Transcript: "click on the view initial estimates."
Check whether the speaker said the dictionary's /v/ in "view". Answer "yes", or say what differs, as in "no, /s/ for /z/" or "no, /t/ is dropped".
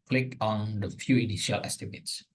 no, /f/ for /v/